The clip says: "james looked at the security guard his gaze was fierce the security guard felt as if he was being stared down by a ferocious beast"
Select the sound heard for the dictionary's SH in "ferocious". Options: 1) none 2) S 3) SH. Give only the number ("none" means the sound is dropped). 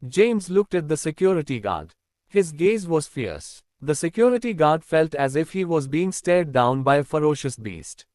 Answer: 3